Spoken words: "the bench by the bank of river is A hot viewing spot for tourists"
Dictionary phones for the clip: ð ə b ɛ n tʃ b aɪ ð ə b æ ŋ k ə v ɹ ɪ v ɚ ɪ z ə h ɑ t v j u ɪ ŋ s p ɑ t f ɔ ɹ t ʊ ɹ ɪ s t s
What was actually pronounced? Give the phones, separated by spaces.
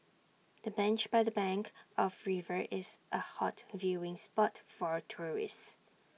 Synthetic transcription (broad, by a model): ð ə b ɛ n tʃ b aɪ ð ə b æ ŋ k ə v ɹ ɪ v ɚ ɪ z ə h ɑ t v j u ɪ ŋ s p ɑ t f ɔ ɹ t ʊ ɹ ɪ s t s